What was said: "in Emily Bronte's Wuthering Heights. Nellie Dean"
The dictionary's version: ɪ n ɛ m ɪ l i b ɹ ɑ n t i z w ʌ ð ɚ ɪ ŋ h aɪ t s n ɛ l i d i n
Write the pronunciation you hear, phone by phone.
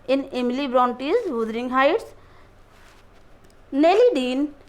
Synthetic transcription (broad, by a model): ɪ n ɛ m ɪ l i b ɹ ɑ n t i z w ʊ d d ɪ ŋ h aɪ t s n ɛ l i d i n